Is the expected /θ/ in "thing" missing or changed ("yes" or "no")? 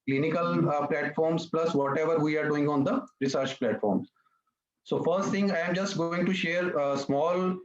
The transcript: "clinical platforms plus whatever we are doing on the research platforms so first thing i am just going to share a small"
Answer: yes